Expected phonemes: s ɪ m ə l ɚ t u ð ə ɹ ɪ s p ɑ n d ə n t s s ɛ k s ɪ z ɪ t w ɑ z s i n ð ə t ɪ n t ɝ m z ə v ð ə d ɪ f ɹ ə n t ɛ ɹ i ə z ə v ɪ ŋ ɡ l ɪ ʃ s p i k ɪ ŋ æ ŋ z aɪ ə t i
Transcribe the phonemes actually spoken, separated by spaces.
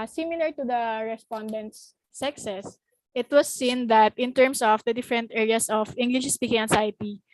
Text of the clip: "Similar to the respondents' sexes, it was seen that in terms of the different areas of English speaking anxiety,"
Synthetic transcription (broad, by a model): s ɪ m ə l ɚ t u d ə ɹ ɪ s p ɑ n d ə n t s s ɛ k s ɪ s ɪ t w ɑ s i n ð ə t ɪ n t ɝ m s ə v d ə d ɪ f ɹ ə n t ɛ ɹ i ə s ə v ɪ ŋ ɡ l ɪ ʃ s p i k ɪ ŋ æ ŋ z aɪ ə t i